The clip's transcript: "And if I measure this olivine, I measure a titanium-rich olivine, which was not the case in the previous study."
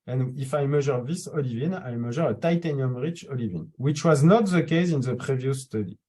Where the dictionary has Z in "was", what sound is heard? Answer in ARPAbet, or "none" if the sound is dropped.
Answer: Z